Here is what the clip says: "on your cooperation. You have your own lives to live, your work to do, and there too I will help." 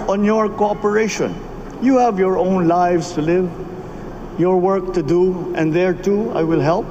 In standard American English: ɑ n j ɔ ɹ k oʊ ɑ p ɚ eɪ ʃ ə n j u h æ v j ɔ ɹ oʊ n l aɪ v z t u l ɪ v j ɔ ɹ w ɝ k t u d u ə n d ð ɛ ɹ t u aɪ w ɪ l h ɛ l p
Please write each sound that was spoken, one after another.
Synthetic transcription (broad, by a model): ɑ n j ɔ ɹ k oʊ ɑ p ɚ eɪ ʃ ə n j u h æ v j ɔ ɹ oʊ n l aɪ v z t u l ɪ v j ɔ ɹ w ɝ k t u d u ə n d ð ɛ ɹ t u aɪ w ɪ l h ɛ l p